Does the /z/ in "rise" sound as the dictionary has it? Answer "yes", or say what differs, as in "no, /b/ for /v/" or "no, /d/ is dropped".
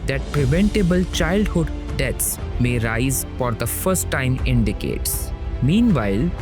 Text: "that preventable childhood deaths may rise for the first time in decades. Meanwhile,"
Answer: yes